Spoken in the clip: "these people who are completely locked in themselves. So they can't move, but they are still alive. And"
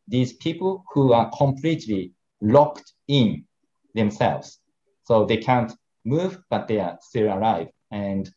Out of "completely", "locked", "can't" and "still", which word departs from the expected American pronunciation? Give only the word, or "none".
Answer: none